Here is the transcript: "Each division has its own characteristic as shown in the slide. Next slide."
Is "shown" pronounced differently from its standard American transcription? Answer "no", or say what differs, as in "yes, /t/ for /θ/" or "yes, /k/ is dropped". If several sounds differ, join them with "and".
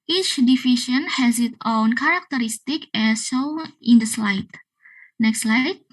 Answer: yes, /n/ is dropped